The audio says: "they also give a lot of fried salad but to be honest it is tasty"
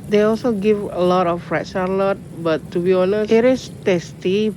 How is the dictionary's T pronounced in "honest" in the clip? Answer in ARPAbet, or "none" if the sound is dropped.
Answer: none